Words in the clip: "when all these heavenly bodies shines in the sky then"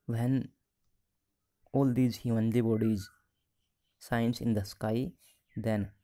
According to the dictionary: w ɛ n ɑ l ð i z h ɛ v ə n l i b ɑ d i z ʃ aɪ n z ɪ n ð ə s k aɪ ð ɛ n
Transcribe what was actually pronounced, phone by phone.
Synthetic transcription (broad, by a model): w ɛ n ɑ l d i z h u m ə n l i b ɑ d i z s aɪ n s ɪ n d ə s k aɪ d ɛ n